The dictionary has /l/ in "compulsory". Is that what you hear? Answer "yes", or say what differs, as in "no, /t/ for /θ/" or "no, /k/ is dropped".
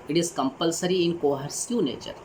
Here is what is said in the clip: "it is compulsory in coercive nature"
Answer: yes